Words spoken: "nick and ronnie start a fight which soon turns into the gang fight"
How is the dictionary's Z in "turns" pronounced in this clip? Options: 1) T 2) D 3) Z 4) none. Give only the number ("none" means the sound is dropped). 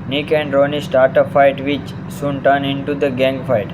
4